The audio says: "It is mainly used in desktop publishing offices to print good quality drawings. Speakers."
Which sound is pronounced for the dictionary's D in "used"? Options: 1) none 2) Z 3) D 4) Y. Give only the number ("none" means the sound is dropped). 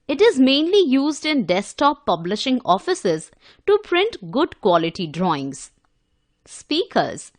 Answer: 3